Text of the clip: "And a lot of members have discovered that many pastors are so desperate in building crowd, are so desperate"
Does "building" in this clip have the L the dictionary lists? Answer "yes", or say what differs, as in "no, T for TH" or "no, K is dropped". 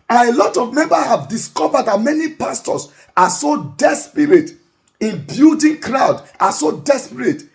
no, L is dropped